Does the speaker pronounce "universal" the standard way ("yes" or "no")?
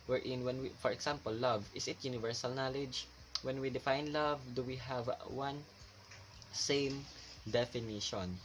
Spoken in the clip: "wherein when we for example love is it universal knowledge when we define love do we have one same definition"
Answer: yes